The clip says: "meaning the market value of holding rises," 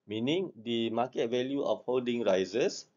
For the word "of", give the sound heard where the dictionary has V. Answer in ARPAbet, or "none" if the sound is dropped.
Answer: F